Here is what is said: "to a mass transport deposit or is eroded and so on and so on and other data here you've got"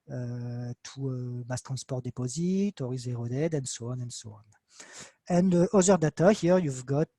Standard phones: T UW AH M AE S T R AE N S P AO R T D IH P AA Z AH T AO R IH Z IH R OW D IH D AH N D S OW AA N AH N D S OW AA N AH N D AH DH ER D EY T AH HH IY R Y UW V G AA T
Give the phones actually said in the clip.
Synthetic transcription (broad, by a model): T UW AH M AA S T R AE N S P AO R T D IH P AA Z AH T AO R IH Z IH R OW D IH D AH N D S OW AA N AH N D S OW AA N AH N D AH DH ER D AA T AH HH IY R Y UW V G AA T